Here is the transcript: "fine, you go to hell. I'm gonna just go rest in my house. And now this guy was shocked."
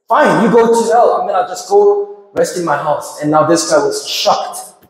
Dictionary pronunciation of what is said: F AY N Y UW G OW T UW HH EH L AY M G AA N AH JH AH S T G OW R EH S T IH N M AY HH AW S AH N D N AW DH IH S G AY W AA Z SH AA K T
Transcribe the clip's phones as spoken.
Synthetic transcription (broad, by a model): F AY N Y UW G OW T UW HH EH L AY M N AA AH JH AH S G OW R EH S T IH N M AY HH AW S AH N N AW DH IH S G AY W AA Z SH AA K T